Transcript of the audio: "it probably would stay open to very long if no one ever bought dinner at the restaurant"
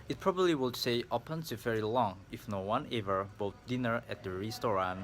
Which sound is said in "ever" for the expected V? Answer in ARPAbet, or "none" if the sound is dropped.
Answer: V